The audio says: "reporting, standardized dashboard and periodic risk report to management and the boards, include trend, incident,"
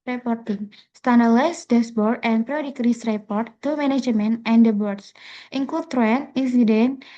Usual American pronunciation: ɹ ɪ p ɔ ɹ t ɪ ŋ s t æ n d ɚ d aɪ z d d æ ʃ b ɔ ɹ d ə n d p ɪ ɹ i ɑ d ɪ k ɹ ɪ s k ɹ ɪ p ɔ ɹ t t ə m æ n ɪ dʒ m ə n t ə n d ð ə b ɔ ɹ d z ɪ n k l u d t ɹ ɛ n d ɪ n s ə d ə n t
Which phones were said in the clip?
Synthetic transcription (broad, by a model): ɹ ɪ p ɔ ɹ t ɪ ŋ s t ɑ n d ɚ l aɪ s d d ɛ s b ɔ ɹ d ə n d p ɹ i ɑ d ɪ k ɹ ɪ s ɹ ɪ p ɔ ɹ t t ə m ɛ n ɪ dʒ m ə n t ə n d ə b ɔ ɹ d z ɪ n k l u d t ɹ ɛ n i n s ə d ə n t